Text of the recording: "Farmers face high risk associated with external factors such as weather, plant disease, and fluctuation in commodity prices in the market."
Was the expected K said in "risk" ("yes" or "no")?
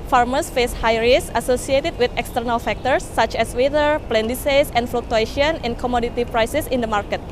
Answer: no